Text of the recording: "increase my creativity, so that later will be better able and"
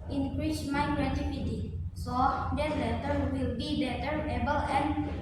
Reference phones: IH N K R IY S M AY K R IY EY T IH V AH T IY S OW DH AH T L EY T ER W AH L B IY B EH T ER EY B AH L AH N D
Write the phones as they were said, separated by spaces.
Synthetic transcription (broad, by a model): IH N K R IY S M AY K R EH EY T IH P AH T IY S OW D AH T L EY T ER W AH L B IY B EH T ER EY B AH L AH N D